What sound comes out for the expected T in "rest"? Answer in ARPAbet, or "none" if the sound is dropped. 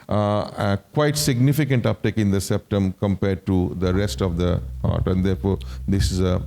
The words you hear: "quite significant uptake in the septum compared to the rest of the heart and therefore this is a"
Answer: T